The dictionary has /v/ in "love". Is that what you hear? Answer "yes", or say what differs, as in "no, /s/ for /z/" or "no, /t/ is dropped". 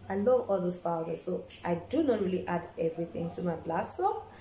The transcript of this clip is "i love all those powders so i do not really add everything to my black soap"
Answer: yes